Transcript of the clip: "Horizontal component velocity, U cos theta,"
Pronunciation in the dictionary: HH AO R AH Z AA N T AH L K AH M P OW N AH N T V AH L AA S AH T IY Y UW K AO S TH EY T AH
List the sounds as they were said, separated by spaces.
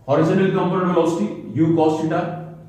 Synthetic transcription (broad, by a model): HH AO R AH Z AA N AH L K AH M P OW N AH T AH AA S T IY Y UW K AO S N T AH